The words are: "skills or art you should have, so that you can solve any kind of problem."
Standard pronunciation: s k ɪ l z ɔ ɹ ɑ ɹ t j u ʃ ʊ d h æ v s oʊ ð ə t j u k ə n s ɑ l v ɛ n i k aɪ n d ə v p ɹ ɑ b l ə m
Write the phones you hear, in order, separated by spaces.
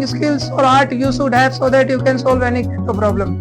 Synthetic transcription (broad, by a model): s k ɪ l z ɔ ɹ ɑ ɹ t j u s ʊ d h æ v s oʊ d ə t j u k ə n s ɑ l v ɛ n i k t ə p ɹ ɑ b l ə m